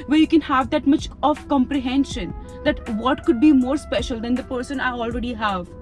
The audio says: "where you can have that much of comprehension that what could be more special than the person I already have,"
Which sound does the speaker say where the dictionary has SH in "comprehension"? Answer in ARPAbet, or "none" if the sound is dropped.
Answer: SH